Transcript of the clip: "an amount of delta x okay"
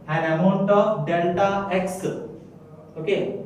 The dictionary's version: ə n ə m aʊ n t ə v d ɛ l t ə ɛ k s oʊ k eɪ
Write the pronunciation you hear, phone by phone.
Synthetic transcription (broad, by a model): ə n ə m aʊ n t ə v d ɛ l t ə ɛ k s oʊ k eɪ